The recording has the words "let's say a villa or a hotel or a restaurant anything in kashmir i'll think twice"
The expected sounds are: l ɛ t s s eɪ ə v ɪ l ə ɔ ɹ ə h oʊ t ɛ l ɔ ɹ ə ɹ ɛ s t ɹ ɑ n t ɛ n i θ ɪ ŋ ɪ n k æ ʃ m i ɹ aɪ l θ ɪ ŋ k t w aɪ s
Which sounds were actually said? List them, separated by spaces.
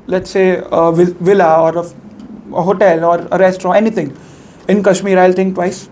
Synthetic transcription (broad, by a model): l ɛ t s s eɪ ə v ɪ l ə ɔ ɹ ə h oʊ t ɛ l ɔ ɹ ə ɹ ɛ s t ɑ t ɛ n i t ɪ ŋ ɪ n k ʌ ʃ m i ɹ aɪ l t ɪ ŋ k t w aɪ s